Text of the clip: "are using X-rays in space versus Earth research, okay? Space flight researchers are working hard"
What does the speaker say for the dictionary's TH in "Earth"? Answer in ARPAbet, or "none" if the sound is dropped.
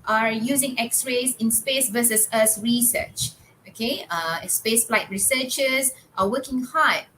S